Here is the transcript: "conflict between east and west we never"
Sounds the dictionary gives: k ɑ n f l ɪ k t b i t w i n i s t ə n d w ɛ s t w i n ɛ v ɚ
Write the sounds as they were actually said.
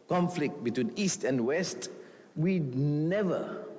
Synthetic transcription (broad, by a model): k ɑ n f l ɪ k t b i t w i n i s t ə n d w ɛ s t w i n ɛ v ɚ